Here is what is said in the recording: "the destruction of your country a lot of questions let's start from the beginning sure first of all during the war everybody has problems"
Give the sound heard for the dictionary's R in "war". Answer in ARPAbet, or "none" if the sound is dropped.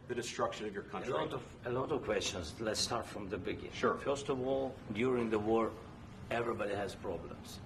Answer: R